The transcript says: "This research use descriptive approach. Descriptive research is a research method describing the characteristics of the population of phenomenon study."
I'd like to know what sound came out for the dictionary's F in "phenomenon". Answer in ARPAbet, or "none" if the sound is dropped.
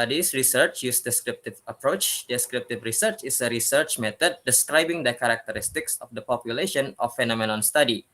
F